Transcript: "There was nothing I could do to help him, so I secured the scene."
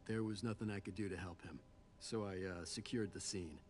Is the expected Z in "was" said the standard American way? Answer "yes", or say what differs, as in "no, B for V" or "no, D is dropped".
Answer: yes